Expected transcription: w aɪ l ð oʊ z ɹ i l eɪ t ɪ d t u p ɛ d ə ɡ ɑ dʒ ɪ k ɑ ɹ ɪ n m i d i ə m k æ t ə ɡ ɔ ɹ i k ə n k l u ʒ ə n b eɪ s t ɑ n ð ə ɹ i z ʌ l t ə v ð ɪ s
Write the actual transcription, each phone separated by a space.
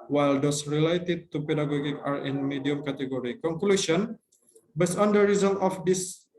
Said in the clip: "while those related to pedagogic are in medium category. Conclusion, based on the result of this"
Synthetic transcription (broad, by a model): w aɪ l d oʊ s ɹ i l eɪ t ɪ d t u p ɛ d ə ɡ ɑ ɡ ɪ k ɑ ɹ ɪ n m i d i ə m k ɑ t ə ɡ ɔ ɹ i k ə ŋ k l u s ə n b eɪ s ɑ n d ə ɹ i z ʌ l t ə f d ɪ s